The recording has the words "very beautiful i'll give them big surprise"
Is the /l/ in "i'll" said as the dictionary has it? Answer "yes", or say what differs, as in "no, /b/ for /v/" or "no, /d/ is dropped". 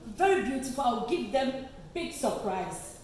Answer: no, /w/ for /l/